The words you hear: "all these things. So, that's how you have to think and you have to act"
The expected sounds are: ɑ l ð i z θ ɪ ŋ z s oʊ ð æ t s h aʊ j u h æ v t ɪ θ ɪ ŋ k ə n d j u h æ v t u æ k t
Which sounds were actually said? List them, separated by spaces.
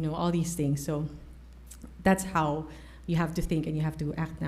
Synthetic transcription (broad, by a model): ɑ l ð i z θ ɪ ŋ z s oʊ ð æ t s h aʊ j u h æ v t ɪ θ ɪ ŋ k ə n j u h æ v t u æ k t